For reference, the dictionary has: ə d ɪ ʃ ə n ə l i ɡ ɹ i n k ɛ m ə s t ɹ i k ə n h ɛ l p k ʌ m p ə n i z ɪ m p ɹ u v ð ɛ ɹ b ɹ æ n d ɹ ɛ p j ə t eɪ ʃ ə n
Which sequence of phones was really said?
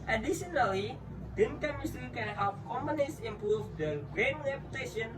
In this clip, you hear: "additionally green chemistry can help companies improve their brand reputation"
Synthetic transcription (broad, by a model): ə d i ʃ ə n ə l i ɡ i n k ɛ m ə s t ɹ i k ə n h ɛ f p k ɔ m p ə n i s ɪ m p ɹ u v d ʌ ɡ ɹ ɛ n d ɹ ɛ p j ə t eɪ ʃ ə n